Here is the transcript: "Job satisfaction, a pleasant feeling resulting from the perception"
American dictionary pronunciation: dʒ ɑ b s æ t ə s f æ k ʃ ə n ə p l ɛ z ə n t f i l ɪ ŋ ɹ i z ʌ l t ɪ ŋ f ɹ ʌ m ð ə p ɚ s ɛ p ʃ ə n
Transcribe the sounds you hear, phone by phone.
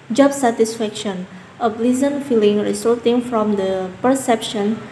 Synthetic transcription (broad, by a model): dʒ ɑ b s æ t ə s f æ k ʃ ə n ə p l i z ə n f i l ɪ ŋ ɹ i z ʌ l t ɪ ŋ f ɹ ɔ m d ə p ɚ s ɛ p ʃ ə n